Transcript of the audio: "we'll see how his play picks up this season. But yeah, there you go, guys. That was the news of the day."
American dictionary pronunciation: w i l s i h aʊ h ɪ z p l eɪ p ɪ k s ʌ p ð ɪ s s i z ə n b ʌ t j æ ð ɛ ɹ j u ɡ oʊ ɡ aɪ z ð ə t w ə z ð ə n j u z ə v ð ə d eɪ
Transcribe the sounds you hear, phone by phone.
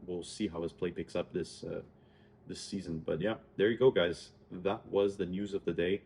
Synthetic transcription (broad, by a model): w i l s i h aʊ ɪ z p l eɪ p ɪ k s ʌ p ð ɪ s s i z ə n b ʌ t j æ ð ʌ ɹ j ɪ ɡ oʊ ɡ aɪ z ð ə t w ə z ð ə n j u z ə v ð ə d eɪ